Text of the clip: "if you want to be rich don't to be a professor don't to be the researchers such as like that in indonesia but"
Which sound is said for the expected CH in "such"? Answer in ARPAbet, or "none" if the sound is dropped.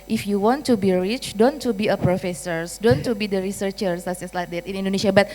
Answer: S